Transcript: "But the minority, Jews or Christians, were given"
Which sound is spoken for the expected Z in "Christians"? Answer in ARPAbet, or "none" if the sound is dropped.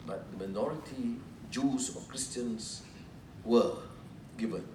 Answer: S